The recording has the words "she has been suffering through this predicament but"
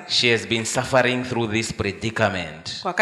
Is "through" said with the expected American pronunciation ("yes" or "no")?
yes